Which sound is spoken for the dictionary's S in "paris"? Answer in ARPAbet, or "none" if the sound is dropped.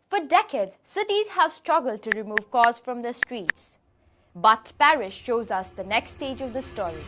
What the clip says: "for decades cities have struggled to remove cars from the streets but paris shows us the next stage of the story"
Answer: SH